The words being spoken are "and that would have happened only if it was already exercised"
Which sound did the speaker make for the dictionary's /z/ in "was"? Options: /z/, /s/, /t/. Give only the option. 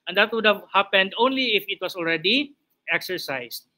/s/